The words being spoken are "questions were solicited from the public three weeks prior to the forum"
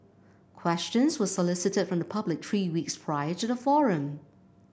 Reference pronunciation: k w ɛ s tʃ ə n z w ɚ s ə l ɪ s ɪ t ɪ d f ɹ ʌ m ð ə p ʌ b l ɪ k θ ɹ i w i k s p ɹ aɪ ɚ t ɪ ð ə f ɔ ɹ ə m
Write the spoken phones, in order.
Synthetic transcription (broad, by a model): k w ɛ s tʃ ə n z w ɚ s ə l ɪ s ɪ t ɪ d f ɹ ʌ m ð ə p ʌ b l ɪ k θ ɹ i w i k s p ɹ aɪ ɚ t ɪ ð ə f ɔ ɹ ə m